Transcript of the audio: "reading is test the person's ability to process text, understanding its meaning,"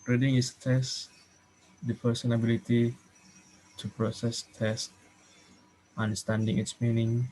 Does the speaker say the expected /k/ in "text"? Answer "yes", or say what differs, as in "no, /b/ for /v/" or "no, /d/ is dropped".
no, /k/ is dropped